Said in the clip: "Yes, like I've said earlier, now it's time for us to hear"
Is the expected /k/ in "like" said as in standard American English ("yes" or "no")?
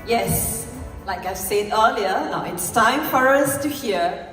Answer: yes